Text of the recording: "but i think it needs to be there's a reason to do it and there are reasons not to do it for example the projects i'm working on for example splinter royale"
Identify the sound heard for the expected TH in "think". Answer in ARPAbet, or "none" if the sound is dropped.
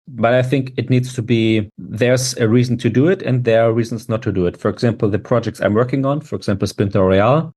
TH